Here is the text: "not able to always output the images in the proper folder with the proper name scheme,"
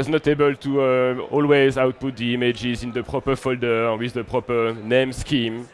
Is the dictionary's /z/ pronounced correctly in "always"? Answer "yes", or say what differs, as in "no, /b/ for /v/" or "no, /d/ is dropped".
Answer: yes